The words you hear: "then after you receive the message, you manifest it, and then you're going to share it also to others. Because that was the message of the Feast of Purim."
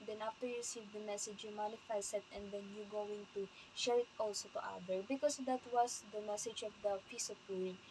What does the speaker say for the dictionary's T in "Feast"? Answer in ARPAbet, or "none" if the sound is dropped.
none